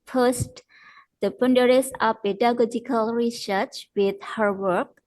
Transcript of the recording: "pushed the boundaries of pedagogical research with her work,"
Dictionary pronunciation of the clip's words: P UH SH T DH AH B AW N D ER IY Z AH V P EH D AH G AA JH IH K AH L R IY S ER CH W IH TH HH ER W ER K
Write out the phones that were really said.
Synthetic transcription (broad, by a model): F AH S T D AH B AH N D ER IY S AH P EH D AH G AA JH IH K AH L R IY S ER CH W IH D HH ER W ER K